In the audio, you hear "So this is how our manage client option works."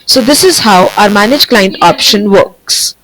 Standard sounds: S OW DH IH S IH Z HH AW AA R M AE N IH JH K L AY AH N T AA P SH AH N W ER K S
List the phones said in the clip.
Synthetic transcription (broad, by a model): S OW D IH S IH Z HH AW AA R M AE N IH JH K L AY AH N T AA P SH AH N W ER K S